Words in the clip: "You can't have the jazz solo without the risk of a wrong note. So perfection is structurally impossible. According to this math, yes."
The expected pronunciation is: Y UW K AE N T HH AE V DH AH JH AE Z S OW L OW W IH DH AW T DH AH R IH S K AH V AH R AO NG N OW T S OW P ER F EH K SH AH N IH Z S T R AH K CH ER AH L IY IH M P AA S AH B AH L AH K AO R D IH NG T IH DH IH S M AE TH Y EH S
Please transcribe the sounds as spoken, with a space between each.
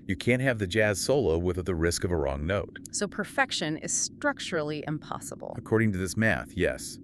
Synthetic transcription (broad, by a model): Y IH K AE N T HH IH V DH AH JH AE Z S OW L OW W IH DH DH AH R IH S K AH V AH R AO NG N OW T S OW P ER F EH K SH AH N IH Z S T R AH K CH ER L IY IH M P AA S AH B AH L AH K AO R D IH NG T IH DH IH S M AE TH Y EH S